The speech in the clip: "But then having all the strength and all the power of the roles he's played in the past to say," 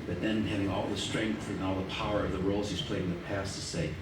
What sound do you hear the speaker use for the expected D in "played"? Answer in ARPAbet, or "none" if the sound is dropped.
none